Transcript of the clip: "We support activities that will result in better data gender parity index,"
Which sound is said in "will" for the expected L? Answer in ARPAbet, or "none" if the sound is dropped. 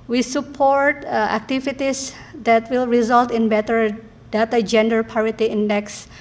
L